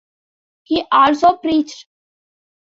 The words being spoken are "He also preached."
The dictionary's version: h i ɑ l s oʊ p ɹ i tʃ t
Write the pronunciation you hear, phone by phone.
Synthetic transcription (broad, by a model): h i ɑ l s oʊ p ɹ i tʃ t